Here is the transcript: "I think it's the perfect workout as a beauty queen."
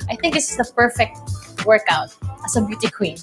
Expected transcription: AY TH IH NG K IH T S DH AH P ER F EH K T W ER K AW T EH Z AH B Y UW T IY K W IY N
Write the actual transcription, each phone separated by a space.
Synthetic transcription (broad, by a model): AY TH IH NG K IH S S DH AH P ER F EH K T W ER K AW T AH S AH B Y UW T IY K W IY N